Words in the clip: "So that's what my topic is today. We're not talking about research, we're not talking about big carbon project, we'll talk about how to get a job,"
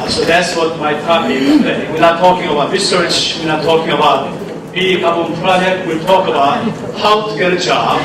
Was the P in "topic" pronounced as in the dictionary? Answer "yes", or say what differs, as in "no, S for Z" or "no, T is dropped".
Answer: no, P is dropped